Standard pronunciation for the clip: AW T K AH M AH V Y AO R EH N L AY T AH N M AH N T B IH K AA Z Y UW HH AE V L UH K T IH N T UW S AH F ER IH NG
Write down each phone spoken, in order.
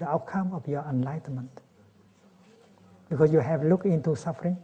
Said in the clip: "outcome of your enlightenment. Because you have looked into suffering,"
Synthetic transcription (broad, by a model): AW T K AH M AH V Y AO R EH N L AY T AH N M AH N T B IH K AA S Y UW HH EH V L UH K IH N T UW S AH F ER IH NG